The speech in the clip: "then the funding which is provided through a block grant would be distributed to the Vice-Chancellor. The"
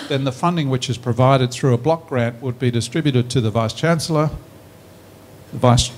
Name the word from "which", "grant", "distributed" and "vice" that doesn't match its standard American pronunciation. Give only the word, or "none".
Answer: none